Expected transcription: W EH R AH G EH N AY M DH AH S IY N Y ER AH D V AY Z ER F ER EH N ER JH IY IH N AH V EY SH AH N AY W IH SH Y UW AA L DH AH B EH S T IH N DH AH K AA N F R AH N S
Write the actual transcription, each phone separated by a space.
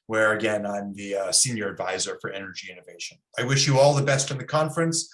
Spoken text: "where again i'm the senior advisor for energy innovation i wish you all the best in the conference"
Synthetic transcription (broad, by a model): W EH R AH G EH N AY M DH AH S IY N Y ER AH D V AY Z ER F ER EH N ER JH IY IH N AH V EY SH AH N AY W IH SH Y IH AA L DH AH B EH S T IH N DH AH K AA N F R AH N S